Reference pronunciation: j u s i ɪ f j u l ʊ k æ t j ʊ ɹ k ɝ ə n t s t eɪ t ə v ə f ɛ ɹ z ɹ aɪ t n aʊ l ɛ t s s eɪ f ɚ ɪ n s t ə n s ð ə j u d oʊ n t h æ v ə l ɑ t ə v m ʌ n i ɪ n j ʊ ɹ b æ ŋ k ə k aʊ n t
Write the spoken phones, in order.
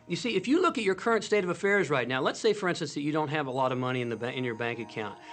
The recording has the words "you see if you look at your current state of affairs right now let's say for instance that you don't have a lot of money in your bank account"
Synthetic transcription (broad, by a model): j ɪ s i ɪ f j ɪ l ʊ k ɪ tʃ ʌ ɹ k ɝ ə n t s t eɪ t ə v ə f ɛ ɹ z ɹ aɪ t n aʊ l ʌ t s s eɪ f ɚ ɪ n s t ə n s ð ə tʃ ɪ d oʊ n t h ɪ v ə l ɑ t ə v m ʌ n i ɪ n j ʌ ɹ b æ ŋ k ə k aʊ n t